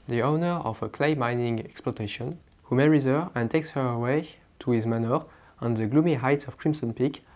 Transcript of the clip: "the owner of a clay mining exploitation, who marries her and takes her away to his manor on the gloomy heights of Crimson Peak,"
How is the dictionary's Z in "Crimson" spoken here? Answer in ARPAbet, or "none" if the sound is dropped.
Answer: S